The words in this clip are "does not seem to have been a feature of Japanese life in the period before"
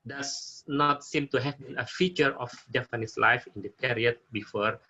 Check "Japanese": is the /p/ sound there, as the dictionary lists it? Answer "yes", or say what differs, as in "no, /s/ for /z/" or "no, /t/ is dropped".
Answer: no, /f/ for /p/